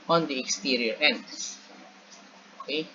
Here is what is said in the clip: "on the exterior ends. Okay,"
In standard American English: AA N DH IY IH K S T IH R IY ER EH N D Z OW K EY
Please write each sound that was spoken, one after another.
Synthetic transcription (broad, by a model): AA N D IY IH K S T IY R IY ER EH N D OW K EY